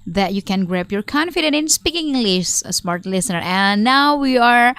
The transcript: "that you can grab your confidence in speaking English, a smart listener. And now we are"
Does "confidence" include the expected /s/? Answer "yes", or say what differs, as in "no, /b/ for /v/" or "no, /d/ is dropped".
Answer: no, /s/ is dropped